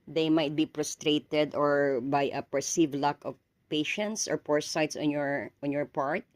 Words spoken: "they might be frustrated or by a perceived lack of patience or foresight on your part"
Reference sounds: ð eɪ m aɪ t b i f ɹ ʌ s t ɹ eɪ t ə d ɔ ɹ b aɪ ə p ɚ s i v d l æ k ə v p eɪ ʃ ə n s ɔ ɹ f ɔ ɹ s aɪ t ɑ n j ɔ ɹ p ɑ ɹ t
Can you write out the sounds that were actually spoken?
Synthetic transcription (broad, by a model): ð eɪ m aɪ t b i p ɹ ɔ s t ɹ eɪ t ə d ɔ ɹ b aɪ ə p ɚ s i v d l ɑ k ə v p eɪ ʃ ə n s ɔ ɹ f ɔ ɹ s aɪ t ɑ n j ɔ ɹ p ɑ ɹ t